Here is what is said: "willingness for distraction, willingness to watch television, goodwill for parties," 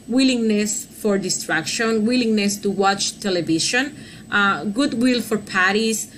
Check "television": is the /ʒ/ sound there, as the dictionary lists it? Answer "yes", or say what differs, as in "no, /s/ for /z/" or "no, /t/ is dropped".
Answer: no, /ʃ/ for /ʒ/